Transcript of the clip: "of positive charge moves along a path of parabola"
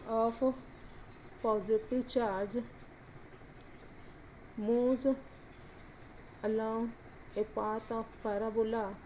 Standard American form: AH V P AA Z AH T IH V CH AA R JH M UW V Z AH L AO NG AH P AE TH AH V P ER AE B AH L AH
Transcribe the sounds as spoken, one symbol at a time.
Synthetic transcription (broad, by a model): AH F P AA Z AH T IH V CH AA R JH M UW Z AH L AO AH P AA T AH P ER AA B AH L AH